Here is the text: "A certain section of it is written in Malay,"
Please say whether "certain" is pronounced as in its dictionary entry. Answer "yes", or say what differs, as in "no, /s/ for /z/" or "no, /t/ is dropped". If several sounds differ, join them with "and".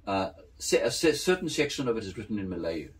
no, /s/ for /t/